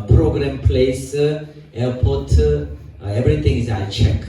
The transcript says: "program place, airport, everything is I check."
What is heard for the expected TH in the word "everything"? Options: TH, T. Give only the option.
T